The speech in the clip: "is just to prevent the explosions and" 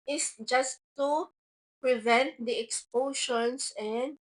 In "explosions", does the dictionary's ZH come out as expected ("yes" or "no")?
no